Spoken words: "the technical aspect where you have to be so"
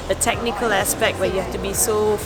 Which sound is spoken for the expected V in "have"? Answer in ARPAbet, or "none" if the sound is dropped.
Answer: F